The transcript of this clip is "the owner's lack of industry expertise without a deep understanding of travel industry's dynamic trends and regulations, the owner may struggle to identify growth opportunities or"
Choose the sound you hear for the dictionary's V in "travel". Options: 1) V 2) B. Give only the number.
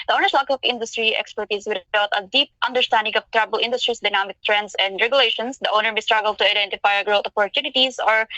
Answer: 2